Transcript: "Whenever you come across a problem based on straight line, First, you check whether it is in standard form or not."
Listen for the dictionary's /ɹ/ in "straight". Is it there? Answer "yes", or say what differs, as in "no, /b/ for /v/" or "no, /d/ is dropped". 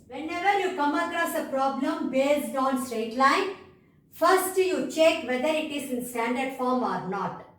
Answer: yes